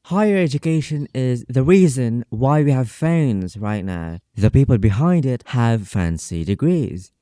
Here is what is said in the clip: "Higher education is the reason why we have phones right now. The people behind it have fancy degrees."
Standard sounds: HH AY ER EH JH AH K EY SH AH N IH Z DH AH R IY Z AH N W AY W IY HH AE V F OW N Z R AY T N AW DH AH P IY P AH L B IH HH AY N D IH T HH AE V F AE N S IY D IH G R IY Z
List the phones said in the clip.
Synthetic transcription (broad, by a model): HH AY ER EH JH AH K EY SH AH N IH Z DH AH R IY Z AH N W AY W IY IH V F OW N Z R AY T N AW DH AH P IY P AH L B IH HH AY N D IH T HH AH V F AE N S IY D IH G R IY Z